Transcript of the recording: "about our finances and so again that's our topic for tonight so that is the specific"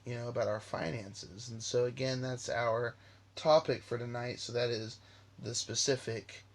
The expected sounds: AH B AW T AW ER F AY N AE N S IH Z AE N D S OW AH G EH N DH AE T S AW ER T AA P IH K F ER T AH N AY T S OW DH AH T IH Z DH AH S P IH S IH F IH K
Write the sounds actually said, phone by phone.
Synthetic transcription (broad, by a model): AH B AW T AW ER F AY N AE N S IH Z N S OW AH G EH N DH AE T S AW ER T AA P IH K F ER T AH N AY T S OW DH AH T IH Z DH AH S P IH S IH F IH K